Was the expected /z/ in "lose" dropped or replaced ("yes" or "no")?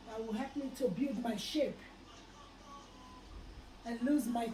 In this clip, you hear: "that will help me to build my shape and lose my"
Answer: no